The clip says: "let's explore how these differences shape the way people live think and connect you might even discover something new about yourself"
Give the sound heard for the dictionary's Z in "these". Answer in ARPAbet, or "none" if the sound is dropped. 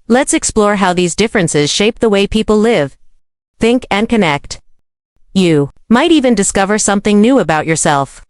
Z